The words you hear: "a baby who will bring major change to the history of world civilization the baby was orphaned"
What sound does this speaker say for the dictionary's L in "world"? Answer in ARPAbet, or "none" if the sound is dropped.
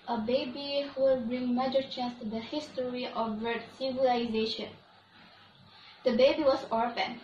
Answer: none